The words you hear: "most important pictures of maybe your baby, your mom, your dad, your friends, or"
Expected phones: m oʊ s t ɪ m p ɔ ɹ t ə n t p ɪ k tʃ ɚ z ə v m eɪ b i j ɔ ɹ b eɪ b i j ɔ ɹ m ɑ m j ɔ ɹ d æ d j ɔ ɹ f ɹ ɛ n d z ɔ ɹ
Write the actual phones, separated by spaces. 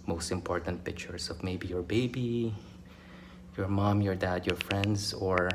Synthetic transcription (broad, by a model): m oʊ s t ɪ m p ɔ ɹ t ə n t p ɪ k tʃ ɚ s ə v m eɪ b i j ɔ ɹ b eɪ b i j ɔ ɹ m ɑ m j ɔ ɹ d æ d j ɔ ɹ f ɹ ɛ n d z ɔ ɹ